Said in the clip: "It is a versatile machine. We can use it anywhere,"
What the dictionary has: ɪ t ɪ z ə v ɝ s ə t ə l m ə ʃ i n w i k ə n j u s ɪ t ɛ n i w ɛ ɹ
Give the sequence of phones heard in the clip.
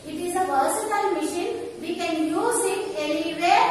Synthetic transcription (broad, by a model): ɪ t ɪ z ə p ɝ s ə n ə l m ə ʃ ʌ n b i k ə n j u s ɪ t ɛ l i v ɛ